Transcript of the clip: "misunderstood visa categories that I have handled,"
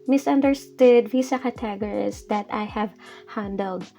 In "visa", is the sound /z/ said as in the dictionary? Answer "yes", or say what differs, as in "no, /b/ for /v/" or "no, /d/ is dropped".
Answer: no, /s/ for /z/